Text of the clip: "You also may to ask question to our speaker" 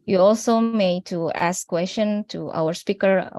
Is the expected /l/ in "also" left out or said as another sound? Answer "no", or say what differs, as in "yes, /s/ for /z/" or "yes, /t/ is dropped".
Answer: no